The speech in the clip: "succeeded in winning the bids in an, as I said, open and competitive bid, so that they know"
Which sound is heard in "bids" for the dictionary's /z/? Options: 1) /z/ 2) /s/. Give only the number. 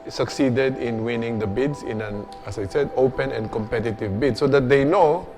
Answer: 2